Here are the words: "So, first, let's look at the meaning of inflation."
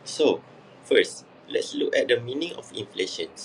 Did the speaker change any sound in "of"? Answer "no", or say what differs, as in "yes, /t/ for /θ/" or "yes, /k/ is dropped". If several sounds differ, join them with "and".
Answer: yes, /f/ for /v/